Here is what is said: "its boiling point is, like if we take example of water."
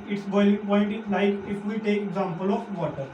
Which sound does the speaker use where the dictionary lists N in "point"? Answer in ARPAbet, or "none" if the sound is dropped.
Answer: L